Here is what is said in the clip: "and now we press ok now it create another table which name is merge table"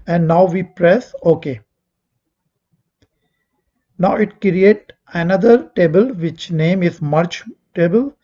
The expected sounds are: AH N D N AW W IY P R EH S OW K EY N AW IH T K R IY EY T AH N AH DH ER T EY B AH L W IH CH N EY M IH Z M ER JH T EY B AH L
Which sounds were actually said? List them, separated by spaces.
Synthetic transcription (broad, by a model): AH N D N AW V IY P R EH S OW K EY N AW IH T K R IY EY T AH N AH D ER T EY B AH L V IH CH N EY M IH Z M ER CH T EY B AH L